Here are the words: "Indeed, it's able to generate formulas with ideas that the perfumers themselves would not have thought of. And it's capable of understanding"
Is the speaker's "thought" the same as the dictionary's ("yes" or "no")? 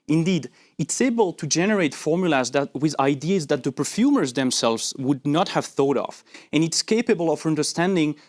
yes